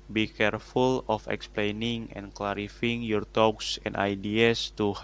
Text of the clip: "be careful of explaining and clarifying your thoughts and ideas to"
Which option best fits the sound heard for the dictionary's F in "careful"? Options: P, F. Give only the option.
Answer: F